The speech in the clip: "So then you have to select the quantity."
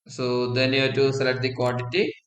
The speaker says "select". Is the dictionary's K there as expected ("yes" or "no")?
no